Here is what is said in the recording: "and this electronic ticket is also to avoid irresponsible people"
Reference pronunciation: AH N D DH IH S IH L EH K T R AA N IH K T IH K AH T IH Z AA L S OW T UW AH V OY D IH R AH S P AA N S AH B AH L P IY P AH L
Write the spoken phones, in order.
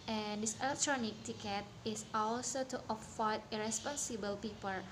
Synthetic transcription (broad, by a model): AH N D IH S IH L EH K T R AA N IH K T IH K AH T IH S AA L S OW T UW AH F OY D IH R AH S P AA N S AH B AH L P IY P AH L